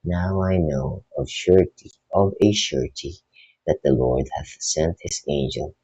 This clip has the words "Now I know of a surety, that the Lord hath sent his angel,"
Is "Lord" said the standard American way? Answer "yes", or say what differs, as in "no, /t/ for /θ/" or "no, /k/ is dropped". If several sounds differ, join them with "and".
yes